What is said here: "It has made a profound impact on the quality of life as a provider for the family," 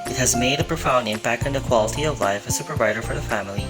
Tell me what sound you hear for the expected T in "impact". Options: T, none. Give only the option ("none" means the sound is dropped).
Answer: none